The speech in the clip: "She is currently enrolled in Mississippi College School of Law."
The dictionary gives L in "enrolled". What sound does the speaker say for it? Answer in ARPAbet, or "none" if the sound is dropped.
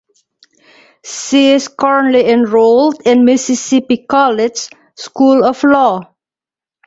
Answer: L